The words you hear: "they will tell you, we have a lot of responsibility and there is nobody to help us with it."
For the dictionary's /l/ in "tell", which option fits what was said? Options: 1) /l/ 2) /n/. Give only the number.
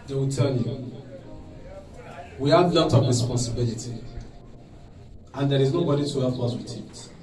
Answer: 2